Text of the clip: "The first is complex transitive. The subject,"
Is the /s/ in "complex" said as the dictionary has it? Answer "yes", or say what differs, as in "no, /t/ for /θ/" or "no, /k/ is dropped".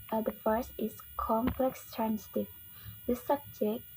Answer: yes